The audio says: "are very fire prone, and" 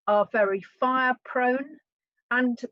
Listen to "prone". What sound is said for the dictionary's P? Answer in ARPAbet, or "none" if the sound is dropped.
P